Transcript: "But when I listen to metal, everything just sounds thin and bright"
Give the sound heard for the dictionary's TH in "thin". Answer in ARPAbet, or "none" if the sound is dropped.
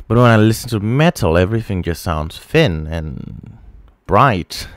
F